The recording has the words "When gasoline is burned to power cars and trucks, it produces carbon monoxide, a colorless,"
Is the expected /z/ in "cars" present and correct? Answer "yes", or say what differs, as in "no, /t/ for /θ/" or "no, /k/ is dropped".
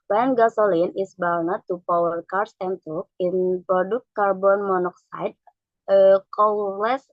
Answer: no, /s/ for /z/